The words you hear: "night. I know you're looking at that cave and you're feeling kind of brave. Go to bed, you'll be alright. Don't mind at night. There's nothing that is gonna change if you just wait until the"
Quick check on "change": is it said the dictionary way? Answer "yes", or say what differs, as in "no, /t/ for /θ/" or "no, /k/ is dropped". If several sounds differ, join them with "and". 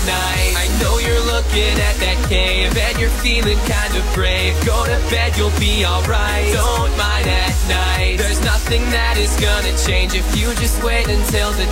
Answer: yes